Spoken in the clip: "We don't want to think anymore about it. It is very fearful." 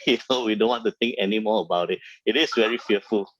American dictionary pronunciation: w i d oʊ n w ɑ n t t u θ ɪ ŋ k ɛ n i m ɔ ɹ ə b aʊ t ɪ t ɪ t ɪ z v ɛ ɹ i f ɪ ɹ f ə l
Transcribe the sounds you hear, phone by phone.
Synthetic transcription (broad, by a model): w i d oʊ n w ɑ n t t u t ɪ ŋ k ɛ n i m ɔ ə b aʊ t ɪ t ɪ t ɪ s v ɛ ɹ i f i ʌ f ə l